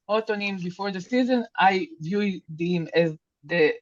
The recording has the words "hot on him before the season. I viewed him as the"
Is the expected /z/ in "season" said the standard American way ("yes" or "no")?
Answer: yes